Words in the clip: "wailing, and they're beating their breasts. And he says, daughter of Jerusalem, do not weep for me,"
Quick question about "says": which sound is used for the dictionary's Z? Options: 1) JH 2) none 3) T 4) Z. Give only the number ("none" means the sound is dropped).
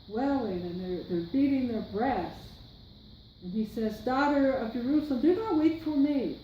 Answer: 4